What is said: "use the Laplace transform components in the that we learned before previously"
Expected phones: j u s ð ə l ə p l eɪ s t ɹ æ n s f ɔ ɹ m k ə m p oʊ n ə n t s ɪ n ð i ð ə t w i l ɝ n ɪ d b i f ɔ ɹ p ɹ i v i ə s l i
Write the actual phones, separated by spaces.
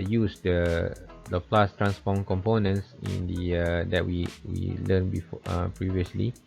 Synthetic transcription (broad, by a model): j u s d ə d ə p l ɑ s t ɹ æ n s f ɔ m k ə m p oʊ n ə n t s ɪ n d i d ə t w i w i l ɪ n b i f ɔ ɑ p ɹ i v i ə s l i